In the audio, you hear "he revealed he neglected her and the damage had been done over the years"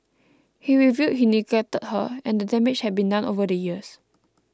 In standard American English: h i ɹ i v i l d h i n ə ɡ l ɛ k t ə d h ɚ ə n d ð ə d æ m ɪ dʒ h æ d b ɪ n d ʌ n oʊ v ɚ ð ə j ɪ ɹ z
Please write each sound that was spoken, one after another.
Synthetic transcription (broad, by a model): h i ɹ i v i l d h i n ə ɡ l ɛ t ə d h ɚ ə n d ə d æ m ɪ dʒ h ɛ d b ɪ n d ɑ n oʊ v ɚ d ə j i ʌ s